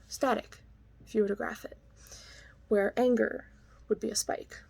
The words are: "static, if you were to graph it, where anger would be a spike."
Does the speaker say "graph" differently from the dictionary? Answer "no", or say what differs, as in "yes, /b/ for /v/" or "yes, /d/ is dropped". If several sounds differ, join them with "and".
no